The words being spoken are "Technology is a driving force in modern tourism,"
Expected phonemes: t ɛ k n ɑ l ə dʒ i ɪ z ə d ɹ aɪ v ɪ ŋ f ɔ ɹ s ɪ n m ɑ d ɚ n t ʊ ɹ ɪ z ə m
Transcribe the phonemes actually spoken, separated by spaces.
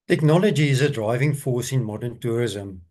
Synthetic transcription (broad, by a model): t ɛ k n ɑ l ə dʒ i ɪ z ə d ɹ aɪ v ɪ ŋ f ɔ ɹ s ɪ n m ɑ d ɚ n t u ɹ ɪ z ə m